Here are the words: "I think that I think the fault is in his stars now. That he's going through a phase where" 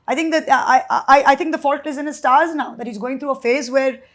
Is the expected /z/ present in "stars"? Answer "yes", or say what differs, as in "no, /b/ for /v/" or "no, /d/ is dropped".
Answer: yes